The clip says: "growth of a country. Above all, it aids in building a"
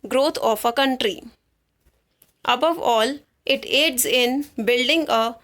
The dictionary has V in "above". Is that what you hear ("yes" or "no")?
yes